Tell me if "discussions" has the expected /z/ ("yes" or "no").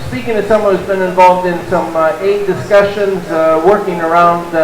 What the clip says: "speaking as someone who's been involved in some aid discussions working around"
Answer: yes